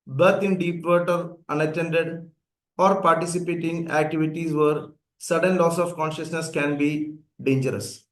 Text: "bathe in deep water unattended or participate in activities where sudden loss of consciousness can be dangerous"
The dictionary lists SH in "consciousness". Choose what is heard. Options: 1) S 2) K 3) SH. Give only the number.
3